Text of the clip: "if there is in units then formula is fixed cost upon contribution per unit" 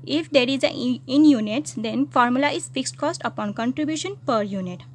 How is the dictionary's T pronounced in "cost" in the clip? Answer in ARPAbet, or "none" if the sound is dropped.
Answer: T